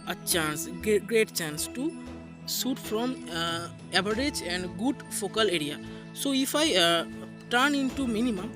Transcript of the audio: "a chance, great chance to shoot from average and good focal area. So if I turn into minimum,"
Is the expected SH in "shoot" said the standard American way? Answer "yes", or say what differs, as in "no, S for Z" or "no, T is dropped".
no, S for SH